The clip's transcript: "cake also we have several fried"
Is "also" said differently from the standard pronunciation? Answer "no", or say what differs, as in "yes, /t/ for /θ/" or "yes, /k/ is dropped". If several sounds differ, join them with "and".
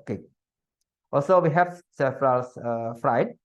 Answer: no